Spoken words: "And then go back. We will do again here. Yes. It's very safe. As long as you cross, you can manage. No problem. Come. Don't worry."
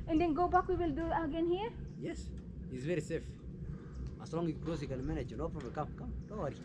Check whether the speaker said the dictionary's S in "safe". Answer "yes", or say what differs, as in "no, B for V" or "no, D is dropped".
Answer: yes